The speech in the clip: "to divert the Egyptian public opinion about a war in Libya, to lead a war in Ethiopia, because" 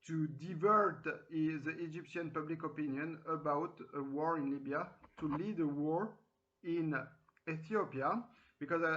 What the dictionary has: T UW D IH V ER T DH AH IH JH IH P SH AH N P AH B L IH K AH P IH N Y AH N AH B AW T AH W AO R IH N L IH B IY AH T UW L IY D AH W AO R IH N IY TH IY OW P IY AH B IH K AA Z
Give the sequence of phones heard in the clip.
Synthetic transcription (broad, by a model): T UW D IH V ER T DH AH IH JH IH P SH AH N P AH B L IH K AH P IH N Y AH N AH B AW T AH W AO R IH N L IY B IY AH T UW L IY D AH W AO R IH N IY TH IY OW P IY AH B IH K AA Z